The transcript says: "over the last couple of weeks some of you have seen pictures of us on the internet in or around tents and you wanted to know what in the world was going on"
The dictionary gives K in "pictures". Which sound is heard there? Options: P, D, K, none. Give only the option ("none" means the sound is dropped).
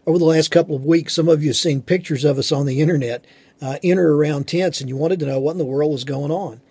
K